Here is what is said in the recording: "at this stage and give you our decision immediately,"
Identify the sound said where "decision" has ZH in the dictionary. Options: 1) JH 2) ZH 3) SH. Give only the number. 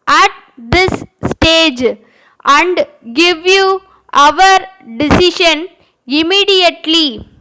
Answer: 3